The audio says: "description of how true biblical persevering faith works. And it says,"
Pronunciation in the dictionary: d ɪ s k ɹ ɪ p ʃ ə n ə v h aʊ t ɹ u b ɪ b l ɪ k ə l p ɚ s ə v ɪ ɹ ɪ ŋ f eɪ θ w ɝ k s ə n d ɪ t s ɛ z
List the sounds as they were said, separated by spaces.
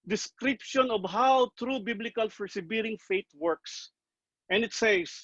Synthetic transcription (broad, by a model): d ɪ s k ɹ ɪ p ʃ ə n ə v h aʊ t ɹ u b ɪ b l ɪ k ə l f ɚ s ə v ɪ ɹ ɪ ŋ f eɪ t w ɝ k s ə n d ɪ t s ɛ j